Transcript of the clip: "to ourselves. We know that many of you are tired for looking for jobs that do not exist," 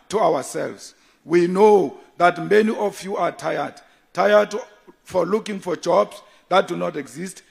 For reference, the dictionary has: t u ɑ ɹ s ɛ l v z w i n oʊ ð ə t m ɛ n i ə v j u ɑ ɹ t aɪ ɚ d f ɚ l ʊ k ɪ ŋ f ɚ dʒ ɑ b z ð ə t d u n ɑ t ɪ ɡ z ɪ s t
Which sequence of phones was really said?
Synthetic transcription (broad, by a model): t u ɑ w s ɛ l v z w i n oʊ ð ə t m ɛ n i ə f j u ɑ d t aɪ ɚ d f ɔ l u k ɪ ŋ f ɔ dʒ ɑ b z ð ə t d u n ɑ t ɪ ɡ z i s t